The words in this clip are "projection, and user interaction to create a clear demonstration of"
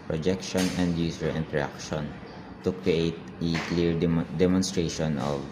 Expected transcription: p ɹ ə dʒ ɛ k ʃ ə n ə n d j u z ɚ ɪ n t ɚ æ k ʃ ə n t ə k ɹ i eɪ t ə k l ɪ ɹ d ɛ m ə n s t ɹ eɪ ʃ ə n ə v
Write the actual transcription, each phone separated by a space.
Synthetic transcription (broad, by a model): p ɹ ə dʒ ɛ k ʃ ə n ə n d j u s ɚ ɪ n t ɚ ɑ k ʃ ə n t ə k ɹ i eɪ t ə k l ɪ ɹ d ɛ m ə n s t ɹ eɪ ʃ ə n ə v